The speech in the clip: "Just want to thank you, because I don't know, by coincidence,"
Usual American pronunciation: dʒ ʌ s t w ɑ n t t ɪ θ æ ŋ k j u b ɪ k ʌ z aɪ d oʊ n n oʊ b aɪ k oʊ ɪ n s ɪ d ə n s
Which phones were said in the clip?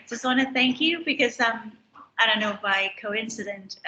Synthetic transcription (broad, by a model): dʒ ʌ s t w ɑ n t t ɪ θ æ ŋ k j u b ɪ k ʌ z aɪ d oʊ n n oʊ b aɪ k oʊ ɪ n s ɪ d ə n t